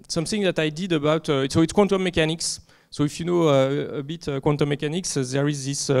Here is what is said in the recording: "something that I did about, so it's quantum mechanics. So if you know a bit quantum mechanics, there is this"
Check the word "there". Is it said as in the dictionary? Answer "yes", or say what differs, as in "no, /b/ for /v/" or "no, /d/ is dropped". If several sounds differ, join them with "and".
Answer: yes